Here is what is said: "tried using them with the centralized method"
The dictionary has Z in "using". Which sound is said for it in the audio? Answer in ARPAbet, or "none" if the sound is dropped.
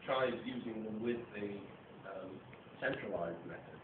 Z